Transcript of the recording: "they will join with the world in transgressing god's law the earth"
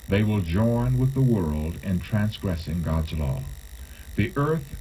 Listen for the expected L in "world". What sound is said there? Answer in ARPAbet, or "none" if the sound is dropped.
L